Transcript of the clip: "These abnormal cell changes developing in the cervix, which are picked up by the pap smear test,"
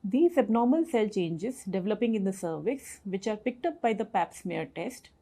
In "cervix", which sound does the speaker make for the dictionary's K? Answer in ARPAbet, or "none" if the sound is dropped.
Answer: none